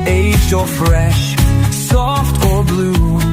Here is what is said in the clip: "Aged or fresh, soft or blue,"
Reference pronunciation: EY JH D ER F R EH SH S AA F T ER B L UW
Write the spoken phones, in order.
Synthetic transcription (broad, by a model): EY JH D ER F R EH SH S AA F T ER B L UW